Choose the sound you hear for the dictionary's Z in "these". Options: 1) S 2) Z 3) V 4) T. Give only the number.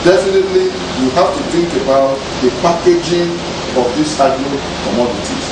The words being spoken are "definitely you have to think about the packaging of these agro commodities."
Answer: 1